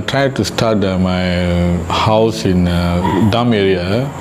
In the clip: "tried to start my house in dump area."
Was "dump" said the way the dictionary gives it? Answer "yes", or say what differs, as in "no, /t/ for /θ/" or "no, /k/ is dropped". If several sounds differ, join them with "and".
no, /p/ is dropped